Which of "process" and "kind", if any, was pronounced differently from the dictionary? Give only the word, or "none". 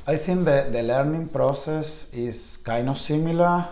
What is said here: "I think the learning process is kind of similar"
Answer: kind